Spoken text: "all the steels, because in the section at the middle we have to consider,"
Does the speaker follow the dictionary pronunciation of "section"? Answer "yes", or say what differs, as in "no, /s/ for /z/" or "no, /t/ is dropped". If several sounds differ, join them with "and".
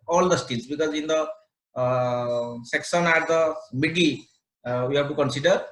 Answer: no, /s/ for /ʃ/